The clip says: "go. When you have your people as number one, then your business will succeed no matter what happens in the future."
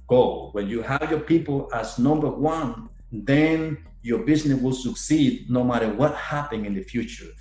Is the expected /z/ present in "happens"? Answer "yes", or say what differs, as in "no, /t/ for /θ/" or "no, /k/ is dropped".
no, /z/ is dropped